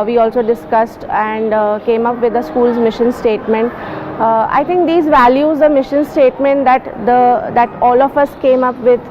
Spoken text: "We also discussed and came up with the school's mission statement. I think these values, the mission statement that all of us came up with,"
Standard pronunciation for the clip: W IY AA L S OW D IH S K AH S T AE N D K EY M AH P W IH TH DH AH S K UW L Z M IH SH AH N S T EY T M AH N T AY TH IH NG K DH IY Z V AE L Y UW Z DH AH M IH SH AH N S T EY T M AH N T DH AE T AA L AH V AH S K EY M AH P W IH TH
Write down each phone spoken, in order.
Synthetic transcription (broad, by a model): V IY AA L S OW D IH S K AH S T AE N D K EY M AH P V IH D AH S K UW L Z M IH SH AH N S T EY T M AH N T AY T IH NG K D IY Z V AE L Y UW Z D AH M IH SH AH N S T EY T M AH N T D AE T AA L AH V AH S K EY M AH P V IH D